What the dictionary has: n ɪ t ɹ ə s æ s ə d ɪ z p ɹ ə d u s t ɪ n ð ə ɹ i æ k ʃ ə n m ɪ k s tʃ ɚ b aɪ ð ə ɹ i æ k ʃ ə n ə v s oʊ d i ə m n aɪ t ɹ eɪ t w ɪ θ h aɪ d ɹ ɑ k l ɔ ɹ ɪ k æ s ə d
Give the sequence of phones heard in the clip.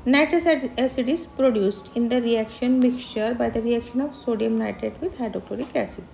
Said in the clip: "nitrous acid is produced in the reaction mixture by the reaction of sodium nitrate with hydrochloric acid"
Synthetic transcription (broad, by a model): n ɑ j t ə s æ s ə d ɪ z p ɹ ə d u s t ɪ n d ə ɹ i æ k ʃ ə n m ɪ k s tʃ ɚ b aɪ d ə ɹ i æ k ʃ ə n ə v s oʊ d i ə m n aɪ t eɪ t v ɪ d h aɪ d ɑ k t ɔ ɹ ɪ k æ s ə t